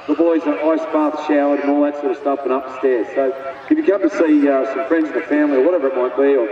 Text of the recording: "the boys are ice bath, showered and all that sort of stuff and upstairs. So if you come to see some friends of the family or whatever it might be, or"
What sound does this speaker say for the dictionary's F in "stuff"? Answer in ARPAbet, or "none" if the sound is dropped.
P